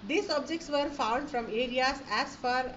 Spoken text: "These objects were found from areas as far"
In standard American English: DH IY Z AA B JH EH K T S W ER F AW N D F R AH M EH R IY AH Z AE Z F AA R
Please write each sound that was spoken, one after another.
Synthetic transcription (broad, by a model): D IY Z AA B JH EH K T S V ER F AW N D F R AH M EH R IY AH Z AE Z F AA R